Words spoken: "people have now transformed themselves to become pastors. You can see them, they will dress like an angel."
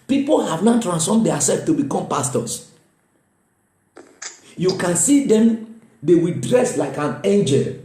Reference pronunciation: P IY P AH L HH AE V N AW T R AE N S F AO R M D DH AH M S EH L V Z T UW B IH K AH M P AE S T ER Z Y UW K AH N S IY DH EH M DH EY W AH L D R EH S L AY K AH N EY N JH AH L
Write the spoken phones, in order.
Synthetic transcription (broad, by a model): P IY P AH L HH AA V N AW T R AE N S F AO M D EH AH S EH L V T UW B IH K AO M P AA S T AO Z Y UW K AH N S IY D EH M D EY W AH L D R EH S L AY K AH N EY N JH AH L